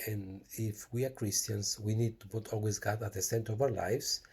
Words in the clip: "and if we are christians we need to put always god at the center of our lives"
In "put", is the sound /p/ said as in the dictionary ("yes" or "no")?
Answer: no